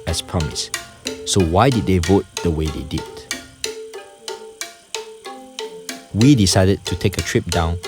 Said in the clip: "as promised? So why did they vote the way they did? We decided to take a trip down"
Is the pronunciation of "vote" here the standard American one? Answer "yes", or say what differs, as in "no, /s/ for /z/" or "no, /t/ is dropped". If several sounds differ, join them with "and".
yes